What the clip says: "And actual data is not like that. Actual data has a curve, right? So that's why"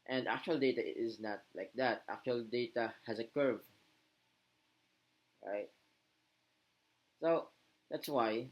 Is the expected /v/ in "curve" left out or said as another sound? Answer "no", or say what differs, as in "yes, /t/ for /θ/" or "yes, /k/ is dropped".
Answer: no